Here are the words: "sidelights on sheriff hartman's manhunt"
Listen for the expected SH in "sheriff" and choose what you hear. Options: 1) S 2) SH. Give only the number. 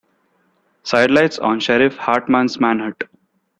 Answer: 2